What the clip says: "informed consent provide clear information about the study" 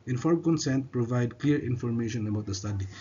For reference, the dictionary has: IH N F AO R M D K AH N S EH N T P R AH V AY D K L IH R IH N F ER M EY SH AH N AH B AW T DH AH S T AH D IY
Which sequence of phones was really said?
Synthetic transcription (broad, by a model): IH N F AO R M K AH N S EH N T P R AH V AY D K L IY R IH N F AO M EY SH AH N AH B AW T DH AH S T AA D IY